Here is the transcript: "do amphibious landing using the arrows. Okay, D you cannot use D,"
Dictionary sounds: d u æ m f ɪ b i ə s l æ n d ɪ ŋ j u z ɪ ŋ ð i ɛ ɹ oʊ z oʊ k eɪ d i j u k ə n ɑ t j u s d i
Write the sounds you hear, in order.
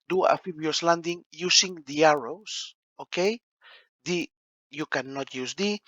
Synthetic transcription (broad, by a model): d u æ f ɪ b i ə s l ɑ n d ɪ ŋ j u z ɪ ŋ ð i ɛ ɹ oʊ s oʊ k eɪ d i j u k ə n ɑ t j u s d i